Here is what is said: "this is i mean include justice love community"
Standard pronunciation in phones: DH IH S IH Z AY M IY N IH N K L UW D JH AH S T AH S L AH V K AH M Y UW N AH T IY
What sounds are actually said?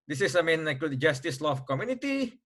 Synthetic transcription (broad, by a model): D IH S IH S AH M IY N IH K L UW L JH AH S T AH S L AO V K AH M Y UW N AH T IY